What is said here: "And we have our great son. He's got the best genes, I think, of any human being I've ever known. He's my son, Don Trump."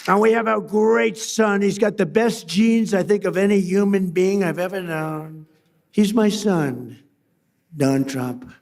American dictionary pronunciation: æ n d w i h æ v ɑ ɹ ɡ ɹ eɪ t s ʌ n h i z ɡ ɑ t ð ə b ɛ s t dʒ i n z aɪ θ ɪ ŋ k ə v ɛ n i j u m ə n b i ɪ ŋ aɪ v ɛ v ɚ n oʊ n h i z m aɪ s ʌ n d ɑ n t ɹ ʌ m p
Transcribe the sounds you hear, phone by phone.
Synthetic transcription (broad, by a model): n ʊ w i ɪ v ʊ ɡ ɹ eɪ t s ʌ n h i z ɡ ɑ t ð ə b ɛ s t dʒ i n z aɪ θ ɪ ŋ k ə v ɛ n i j u m ə n b i ɪ ŋ aɪ v ɛ v ɚ n oʊ n h i z m aɪ s ʌ n d ɑ n t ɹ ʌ m p